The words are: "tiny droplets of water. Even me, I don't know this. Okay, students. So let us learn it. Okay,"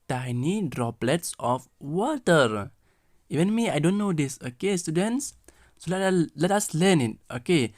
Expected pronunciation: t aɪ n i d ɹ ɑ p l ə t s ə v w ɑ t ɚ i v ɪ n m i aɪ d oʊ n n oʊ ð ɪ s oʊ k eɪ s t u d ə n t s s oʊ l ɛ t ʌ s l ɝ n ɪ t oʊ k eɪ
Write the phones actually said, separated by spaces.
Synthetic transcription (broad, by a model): t aɪ n i d ɹ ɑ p l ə t s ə f w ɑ t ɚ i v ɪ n m i aɪ d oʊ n n oʊ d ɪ s oʊ k eɪ s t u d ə n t s s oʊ l ɛ t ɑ s l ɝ n ɪ t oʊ k eɪ